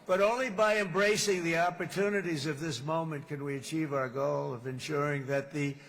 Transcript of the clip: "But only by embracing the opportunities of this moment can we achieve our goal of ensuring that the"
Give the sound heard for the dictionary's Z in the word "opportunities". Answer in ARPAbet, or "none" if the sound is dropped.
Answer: Z